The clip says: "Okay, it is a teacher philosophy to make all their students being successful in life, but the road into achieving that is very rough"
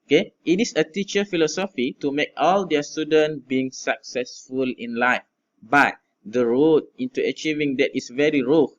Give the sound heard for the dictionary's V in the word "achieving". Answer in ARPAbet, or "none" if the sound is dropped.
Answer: V